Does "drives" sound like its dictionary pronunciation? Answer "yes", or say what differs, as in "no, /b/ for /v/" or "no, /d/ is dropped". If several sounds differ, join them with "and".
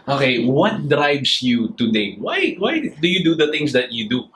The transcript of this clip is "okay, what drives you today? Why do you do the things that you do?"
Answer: no, /s/ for /z/